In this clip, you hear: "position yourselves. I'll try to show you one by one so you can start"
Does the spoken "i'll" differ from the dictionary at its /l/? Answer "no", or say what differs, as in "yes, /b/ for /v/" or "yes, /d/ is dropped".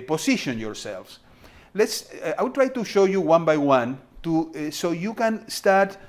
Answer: yes, /w/ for /l/